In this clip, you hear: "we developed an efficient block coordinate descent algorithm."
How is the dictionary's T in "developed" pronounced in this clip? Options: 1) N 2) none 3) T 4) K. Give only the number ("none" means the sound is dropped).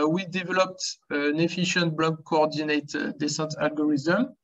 3